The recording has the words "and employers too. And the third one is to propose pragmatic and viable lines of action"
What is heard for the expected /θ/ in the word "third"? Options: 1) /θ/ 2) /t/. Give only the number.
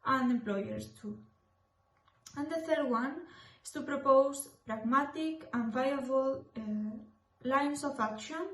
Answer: 1